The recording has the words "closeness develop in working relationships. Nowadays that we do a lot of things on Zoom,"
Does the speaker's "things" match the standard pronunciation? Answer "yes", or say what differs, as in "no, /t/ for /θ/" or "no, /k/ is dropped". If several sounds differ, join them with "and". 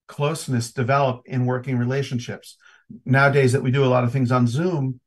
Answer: yes